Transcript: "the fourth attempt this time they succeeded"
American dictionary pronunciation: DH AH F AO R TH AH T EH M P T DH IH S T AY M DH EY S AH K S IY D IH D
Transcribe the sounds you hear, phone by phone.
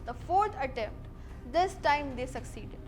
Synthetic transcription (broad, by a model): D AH F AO R T AH T EH M P T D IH S T AY M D EY S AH K S IY D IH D